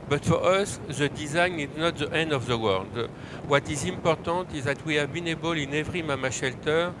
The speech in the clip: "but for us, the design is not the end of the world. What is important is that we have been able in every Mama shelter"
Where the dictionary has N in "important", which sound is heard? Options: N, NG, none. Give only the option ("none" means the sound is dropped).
none